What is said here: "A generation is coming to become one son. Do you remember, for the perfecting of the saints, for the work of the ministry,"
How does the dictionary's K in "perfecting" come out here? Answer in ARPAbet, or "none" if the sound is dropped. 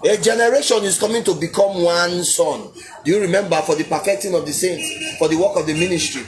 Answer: none